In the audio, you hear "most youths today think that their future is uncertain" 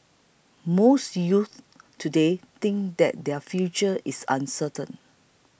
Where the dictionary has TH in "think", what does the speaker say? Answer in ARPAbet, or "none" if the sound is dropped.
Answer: T